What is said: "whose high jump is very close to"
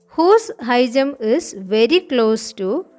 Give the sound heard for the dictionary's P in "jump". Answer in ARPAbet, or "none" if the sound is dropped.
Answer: none